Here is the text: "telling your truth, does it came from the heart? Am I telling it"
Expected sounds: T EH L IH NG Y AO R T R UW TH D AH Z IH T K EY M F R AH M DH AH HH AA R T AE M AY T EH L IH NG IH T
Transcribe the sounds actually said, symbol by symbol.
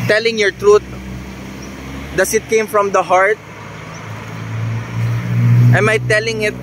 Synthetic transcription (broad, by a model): T EH L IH NG Y AO R T R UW T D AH S IH T K EY M F R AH M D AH HH AA R T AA M AY T EH L IH NG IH T